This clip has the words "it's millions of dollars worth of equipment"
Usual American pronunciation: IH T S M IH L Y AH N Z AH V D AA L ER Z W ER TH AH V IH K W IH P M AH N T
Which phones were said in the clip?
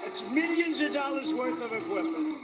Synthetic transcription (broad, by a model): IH T S M IH L Y AH N Z AH V D AA L ER Z W ER TH AH V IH K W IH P M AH N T